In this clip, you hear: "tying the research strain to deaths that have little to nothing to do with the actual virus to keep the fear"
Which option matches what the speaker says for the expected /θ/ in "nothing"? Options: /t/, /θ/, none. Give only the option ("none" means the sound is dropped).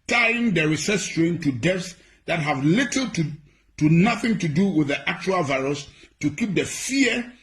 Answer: /θ/